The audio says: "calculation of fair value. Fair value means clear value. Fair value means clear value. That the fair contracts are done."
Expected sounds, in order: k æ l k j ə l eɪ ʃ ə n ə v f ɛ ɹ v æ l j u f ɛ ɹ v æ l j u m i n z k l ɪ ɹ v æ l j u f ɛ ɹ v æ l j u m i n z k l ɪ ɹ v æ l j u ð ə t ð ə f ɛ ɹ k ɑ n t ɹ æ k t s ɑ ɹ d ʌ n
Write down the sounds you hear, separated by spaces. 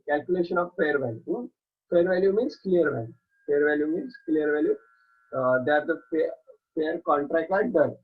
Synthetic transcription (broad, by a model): k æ l k j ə l eɪ ʃ ə n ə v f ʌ ɹ v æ l j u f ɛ ɹ v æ l j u m i n s k l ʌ ɹ v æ l j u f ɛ ɹ v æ l j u m i n s k l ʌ ɹ v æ l j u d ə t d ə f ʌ ɹ k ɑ n t ɹ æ k t ɑ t d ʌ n